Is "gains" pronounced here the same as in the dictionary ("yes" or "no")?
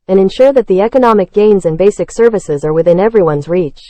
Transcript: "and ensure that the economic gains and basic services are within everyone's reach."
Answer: yes